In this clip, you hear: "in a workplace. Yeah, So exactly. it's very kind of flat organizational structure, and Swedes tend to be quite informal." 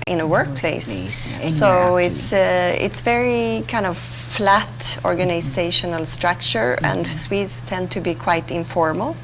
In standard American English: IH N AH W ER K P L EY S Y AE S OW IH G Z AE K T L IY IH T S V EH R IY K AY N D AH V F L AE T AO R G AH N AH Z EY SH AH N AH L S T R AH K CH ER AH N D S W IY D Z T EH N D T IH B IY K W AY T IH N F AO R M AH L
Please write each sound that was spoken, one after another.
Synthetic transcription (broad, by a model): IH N AH W ER K P L EY S S OW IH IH T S IH T S V EH R IY K AY N D AH V F L AE T AO R G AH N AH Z EY SH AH N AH L S T R AH K CH ER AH N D S W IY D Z T EH N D T IH B IY K W AY T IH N F AO R M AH L